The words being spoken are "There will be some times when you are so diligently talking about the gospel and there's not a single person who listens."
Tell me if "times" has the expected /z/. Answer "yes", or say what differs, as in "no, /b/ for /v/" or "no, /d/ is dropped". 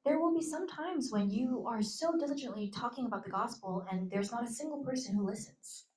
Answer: yes